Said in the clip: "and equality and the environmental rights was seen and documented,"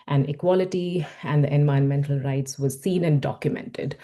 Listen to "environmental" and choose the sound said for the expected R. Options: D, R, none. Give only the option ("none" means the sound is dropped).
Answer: none